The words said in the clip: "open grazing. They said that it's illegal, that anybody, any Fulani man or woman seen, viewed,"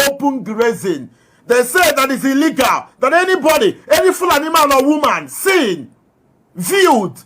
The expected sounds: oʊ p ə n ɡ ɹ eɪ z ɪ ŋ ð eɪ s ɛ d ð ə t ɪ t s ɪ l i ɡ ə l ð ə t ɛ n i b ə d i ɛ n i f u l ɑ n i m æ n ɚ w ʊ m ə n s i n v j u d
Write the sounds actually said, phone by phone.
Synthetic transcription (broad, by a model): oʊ p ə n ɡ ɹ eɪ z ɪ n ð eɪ s ɛ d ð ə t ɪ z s ɪ l i ɡ ə l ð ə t ɛ n i b ə d i ɛ n i f u l ɑ n i m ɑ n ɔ w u m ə n s i n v j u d